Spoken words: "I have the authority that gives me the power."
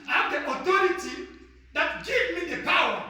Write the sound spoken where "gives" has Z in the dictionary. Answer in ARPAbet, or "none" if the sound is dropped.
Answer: none